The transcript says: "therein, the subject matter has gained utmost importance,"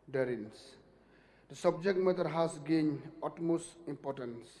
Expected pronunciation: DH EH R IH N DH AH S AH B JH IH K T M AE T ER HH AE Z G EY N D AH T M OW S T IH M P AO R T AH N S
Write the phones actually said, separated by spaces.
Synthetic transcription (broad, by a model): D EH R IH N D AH S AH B JH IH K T M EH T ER HH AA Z G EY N AO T M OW S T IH M P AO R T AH N S